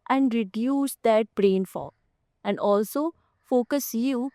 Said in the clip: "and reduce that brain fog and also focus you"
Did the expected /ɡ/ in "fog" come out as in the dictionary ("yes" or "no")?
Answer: no